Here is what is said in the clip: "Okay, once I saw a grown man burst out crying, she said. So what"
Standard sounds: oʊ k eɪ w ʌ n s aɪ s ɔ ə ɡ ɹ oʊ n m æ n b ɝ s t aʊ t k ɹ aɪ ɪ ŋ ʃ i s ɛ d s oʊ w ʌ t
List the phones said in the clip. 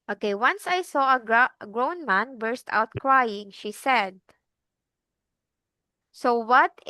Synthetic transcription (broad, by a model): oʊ k eɪ w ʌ n s aɪ s ɔ ə ɡ ɹ oʊ n m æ n b ɝ s t aʊ t k ɹ aɪ ɪ ŋ ʃ i s ɛ d s oʊ w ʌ t